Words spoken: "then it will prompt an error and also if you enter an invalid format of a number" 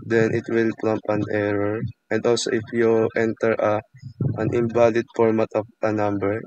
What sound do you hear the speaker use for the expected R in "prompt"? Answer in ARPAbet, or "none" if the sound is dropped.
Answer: L